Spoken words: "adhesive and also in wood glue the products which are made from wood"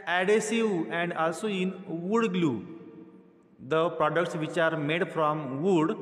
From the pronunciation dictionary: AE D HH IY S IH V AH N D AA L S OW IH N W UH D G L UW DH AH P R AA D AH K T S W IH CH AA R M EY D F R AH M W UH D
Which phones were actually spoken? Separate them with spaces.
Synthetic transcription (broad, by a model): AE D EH S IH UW AH N D AA L S OW IH N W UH D G L UW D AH P R AA D AH K T S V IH CH AA R M EY D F R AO M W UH D